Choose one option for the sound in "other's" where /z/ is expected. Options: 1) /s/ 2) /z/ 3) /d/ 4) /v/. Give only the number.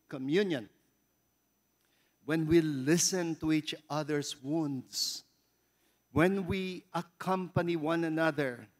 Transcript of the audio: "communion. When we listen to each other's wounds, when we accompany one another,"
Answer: 1